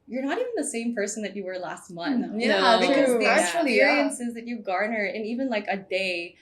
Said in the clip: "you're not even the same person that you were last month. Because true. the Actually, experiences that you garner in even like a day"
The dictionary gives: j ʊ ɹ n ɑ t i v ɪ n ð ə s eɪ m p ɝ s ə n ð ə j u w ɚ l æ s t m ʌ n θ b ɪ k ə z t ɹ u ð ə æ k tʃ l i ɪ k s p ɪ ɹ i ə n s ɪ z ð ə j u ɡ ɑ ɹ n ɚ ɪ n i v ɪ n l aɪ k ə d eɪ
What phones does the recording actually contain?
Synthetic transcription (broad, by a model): j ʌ ɹ n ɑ t i v ɪ n ð ə s eɪ m p ɝ s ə n ð ə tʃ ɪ w ɚ l æ s t m ʌ n θ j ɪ ə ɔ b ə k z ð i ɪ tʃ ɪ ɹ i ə n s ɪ z ð ə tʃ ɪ ɡ ɑ ɹ n ɚ ɪ n i v ɪ n l aɪ k ə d eɪ